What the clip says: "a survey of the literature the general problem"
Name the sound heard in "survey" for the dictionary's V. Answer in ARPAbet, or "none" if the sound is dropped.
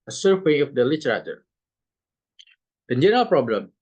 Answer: W